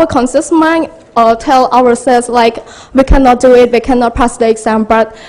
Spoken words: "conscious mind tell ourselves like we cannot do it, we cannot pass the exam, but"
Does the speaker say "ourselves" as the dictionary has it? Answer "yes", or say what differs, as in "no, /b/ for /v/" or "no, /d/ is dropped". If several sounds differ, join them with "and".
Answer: no, /w/ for /ɹ/